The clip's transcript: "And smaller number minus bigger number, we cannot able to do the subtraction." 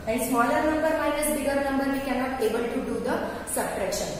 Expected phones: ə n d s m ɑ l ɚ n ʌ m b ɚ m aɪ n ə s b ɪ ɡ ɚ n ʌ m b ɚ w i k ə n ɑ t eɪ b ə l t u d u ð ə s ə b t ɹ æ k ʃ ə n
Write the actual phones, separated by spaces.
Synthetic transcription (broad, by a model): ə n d s m ɑ l ɚ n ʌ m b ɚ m aɪ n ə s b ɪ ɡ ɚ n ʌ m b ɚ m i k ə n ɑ eɪ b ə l t u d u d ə s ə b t ɹ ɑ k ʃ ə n